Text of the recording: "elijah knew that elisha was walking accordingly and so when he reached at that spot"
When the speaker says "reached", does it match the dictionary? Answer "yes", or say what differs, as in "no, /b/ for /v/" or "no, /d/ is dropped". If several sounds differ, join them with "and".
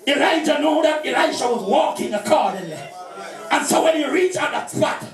no, /t/ is dropped